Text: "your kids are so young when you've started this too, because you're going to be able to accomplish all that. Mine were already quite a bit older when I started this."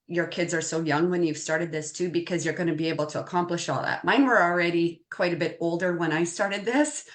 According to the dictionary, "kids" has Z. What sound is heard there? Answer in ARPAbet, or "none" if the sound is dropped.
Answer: Z